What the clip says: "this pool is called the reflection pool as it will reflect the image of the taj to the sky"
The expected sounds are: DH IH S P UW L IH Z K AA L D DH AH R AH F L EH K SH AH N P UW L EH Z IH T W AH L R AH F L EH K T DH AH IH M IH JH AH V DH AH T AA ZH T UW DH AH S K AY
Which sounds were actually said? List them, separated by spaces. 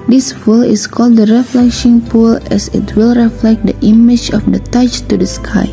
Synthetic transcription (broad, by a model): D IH S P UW L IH S K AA L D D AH R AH F L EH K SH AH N P UW L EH S IH T W AH L R AH F L EH K T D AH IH M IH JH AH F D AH T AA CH T UW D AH S K AY